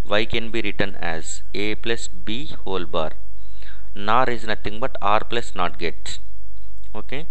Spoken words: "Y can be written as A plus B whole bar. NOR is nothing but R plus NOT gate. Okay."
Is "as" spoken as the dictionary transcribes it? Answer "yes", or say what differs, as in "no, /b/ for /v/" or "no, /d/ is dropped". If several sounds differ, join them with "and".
yes